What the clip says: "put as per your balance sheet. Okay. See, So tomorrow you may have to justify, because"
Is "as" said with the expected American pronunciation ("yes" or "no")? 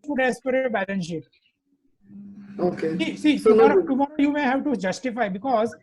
no